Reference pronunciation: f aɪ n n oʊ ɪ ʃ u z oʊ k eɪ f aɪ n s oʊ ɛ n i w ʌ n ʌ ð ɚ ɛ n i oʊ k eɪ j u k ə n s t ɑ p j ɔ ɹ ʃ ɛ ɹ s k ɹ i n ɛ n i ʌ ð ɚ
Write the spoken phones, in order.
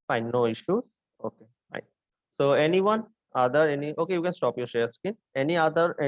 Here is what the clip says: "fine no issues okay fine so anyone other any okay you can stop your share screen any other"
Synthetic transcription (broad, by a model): f aɪ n n oʊ ɪ ʃ u z oʊ k eɪ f aɪ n s oʊ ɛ n i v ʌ n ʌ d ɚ ɛ n i oʊ k eɪ j u k ə n s t ɑ p j ɔ ɹ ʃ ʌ ɹ s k i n ɛ n i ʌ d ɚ